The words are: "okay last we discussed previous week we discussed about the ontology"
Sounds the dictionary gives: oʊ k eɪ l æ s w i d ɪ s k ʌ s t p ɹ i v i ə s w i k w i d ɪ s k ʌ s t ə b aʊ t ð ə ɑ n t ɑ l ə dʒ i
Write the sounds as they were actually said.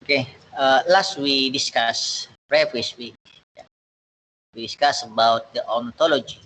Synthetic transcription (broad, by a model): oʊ k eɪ l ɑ s w i d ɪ s k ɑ s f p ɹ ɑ f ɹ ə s w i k w i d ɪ s k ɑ s ə b aʊ t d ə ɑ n t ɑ l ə dʒ i